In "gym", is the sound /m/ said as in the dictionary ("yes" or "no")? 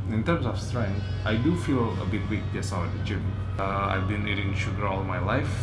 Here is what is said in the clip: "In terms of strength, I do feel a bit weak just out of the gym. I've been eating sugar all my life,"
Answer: no